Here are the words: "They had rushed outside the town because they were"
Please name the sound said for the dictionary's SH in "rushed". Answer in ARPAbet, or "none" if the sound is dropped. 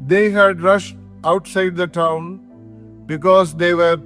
SH